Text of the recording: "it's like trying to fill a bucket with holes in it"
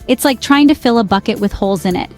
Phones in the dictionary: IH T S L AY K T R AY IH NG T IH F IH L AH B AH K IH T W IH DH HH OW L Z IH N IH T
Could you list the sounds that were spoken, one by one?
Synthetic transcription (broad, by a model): IH T S L AY K T R AY IH NG T IH F IH L AH B AH K IH T W IH DH HH OW L Z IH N IH T